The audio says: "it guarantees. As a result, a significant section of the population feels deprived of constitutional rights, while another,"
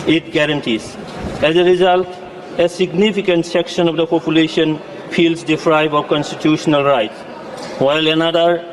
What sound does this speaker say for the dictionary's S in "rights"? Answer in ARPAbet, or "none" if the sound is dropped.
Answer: none